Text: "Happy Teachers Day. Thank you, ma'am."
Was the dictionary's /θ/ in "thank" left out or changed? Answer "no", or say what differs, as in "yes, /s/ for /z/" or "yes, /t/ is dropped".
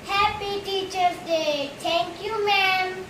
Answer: yes, /t/ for /θ/